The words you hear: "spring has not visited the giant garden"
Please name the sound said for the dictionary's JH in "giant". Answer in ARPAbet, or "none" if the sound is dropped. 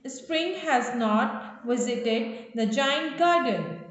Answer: JH